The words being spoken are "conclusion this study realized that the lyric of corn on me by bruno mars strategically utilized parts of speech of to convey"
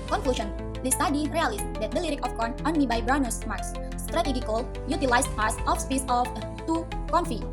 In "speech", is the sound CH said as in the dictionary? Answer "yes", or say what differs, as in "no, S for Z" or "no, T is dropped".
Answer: no, S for CH